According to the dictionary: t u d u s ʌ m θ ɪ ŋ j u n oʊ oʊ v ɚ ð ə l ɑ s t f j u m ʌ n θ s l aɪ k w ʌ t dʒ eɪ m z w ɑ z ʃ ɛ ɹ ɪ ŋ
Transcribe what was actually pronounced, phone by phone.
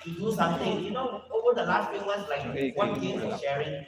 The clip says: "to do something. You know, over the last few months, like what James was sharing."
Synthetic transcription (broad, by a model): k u d u s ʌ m t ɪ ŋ j u n oʊ oʊ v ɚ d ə l ɑ s t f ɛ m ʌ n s l aɪ k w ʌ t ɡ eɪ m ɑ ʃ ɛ ɹ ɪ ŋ